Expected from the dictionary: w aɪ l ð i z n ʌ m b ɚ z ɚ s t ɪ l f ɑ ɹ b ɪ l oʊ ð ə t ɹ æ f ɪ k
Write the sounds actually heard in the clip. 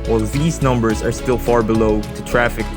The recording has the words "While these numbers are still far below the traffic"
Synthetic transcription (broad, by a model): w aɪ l ð i z n ʌ m b ɚ z ɚ s t ɪ l f ɑ ɹ b ɪ l oʊ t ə t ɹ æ f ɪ k